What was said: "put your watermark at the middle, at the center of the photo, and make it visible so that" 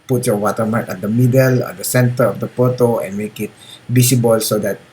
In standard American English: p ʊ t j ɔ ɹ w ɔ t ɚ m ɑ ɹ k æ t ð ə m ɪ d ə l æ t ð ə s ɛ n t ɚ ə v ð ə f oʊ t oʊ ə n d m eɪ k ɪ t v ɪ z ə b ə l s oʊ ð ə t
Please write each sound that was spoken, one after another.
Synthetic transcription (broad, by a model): p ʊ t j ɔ w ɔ t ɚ m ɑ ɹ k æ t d ə m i d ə l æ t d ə s ɛ n t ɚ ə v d ə p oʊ t oʊ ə n m eɪ k ɪ t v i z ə b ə l s oʊ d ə t